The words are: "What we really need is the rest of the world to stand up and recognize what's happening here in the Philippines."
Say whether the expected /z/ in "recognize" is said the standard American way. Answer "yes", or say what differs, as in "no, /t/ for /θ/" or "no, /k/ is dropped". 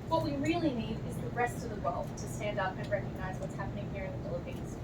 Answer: yes